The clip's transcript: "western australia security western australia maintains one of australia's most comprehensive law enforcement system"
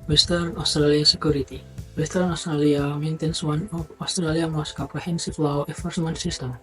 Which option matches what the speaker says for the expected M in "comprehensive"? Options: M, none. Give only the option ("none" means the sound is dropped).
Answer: none